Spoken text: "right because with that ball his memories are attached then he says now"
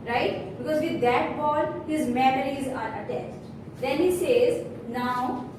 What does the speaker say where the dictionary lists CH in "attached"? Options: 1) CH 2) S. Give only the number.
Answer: 2